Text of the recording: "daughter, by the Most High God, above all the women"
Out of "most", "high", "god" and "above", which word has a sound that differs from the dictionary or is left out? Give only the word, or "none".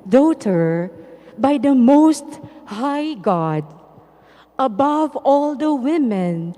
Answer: none